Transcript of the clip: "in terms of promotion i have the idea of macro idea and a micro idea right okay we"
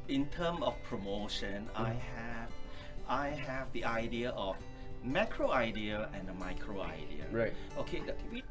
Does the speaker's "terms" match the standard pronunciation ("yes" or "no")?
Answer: no